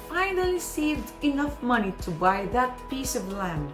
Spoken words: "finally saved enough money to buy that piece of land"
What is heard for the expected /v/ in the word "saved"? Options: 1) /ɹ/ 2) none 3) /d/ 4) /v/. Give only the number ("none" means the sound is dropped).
4